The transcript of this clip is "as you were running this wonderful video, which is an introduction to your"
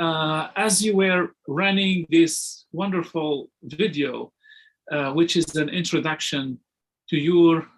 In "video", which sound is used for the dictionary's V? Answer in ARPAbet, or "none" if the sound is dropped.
V